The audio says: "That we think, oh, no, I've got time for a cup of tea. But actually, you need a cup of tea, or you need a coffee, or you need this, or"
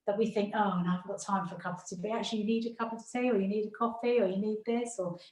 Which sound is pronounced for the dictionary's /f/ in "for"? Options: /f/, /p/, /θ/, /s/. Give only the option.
/f/